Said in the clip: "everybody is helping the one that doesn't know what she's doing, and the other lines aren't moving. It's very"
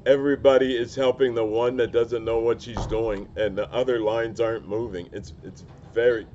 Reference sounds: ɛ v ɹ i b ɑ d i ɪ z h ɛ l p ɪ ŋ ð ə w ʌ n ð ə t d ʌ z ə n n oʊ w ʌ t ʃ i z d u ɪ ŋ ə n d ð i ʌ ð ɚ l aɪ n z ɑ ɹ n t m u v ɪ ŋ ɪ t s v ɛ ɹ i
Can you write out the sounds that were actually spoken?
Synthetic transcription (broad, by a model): ɛ v ɹ i b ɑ d i ɪ z h ɛ l p ɪ ŋ ð ə w ʌ n ð ə t d ʌ z ə n n oʊ w ʌ t ʃ i z d u ɪ ŋ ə n ð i ʌ ð ɚ l aɪ n z ɑ ɹ n m u v ɪ ŋ ɪ t s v ɛ ɹ i